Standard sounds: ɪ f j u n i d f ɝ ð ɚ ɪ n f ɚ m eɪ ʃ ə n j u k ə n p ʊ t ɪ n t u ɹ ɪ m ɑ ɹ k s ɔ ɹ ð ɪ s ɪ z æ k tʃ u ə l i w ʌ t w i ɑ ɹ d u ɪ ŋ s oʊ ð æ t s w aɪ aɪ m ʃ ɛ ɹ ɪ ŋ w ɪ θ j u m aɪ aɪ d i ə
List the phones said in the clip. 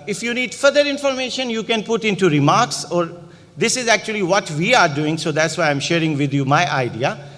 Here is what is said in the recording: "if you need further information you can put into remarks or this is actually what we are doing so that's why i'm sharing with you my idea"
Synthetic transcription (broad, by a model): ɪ f j u n i d f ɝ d ɚ ɪ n f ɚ m eɪ ʃ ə n j u k ə n p ʊ t ɪ n t u ɹ ɪ m ɑ ɹ k s ɔ ɹ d ɪ s ɪ z æ k tʃ u ə l i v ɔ t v i ɑ ɹ d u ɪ ŋ s oʊ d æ t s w aɪ aɪ m ʃ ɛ ɹ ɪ ŋ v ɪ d j u m aɪ aɪ d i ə